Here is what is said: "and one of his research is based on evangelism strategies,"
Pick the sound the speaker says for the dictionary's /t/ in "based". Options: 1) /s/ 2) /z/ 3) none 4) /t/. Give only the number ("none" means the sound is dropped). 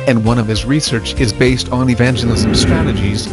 4